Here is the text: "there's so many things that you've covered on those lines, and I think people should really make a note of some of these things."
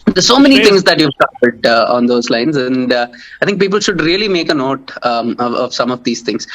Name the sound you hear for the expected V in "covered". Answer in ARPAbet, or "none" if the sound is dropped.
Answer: P